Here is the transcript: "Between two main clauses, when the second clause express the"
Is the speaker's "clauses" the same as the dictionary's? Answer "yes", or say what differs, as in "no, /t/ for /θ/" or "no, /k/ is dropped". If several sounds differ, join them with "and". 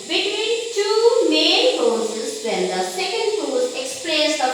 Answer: no, /l/ is dropped and /s/ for /z/